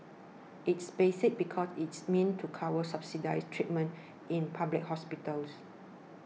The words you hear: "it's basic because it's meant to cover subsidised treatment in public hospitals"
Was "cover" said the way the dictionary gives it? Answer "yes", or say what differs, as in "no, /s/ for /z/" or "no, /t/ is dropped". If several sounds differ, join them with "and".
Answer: no, /w/ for /v/